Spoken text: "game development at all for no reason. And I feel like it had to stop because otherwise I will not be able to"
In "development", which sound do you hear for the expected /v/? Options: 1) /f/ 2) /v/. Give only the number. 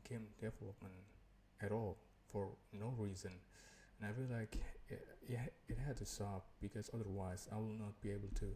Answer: 1